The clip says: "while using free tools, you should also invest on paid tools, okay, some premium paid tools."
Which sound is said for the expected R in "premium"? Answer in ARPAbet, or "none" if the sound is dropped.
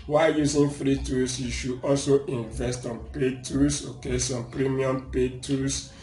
R